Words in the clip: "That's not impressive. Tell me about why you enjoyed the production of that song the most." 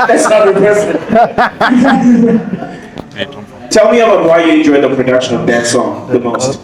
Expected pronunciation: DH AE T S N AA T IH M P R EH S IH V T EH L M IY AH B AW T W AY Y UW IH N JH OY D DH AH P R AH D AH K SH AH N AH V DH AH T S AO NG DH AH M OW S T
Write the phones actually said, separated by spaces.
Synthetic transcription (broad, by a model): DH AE T S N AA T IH P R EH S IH T EH L M IY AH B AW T W AY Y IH IH N JH OY D DH AH P R AH D AH K SH AH N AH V DH AH T S AO NG DH AH M OW S T